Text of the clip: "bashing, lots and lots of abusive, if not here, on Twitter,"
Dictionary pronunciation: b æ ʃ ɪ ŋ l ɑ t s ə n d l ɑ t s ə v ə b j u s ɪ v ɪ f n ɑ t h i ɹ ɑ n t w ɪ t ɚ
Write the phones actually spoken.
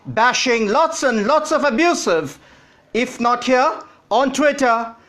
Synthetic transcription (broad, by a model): b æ ʃ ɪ ŋ l ɑ t s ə n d l ɑ t s ə v ə b j u s ɪ v ɪ f n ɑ t h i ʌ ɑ n t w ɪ t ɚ